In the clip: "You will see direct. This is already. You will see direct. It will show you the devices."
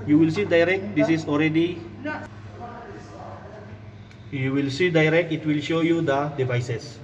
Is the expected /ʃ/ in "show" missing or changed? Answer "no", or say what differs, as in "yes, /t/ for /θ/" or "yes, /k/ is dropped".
no